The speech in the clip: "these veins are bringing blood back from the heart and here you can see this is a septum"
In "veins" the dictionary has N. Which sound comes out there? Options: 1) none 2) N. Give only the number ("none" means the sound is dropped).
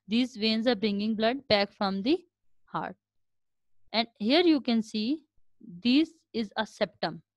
2